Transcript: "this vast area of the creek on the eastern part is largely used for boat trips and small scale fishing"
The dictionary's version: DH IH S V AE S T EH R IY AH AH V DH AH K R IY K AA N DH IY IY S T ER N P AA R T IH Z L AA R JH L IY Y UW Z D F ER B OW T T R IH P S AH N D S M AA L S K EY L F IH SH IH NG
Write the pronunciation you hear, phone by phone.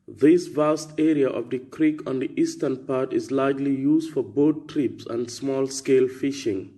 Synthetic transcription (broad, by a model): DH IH S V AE S T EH R IY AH AH V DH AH K R IY K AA N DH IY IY S T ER N P AA R T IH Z L AA R JH L IY Y UW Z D F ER B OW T T R IH P S AH N D S M AA L S K EY L F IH SH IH NG